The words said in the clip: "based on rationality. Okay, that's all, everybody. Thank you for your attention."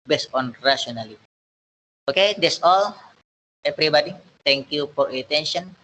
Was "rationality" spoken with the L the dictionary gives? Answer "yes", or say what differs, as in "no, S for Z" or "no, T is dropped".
no, N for L